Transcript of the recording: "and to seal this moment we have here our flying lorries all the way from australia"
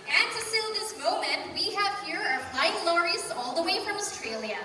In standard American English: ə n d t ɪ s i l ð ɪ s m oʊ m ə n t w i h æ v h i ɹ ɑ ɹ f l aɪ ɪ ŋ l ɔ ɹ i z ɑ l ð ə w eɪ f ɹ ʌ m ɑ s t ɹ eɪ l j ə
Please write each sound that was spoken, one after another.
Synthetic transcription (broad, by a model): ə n t ɪ s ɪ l ð ɪ s m oʊ m ə n t w i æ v h i ɹ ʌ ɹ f aɪ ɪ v l ɔ ɹ i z ɑ l ð ə w eɪ f ɹ ʌ m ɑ s t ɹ eɪ l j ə